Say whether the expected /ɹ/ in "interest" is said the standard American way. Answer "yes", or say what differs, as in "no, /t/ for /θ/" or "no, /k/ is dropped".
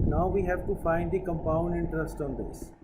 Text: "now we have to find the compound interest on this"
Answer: yes